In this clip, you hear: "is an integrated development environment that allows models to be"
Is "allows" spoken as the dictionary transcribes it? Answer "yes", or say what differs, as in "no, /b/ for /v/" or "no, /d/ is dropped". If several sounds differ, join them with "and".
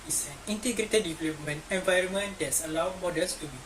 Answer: no, /z/ is dropped